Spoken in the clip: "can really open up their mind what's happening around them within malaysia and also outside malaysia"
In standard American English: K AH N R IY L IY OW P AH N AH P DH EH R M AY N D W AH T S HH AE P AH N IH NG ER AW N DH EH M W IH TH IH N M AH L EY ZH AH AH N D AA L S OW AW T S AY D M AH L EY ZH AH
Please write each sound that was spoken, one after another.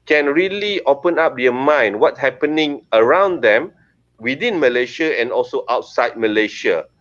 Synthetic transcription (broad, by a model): K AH N R IY L IY OW P AH N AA P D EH M AY N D W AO T HH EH P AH N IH NG ER AW N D EH M W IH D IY N M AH L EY SH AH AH N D AA L S OW AW T S AY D M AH L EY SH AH